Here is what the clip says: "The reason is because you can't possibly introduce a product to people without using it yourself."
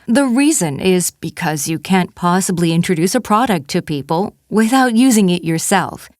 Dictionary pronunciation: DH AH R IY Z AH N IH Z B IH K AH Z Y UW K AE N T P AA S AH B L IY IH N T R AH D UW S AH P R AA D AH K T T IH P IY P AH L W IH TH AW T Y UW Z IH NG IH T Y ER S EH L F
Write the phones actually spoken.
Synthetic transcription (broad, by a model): DH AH R IY Z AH N IH Z B IH K AH Z Y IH K AE N P AA S AH B L IY IH N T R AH D UW S AH P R AA D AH K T T IH P IY P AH L W IH TH AW T Y UW Z IH NG IH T Y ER S EH L F